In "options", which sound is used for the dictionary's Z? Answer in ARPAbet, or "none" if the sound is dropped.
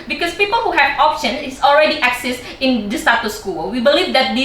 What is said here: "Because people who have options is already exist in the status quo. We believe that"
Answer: none